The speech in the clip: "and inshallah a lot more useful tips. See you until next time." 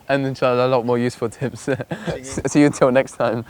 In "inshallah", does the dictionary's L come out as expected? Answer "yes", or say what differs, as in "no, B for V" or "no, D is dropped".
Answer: no, L is dropped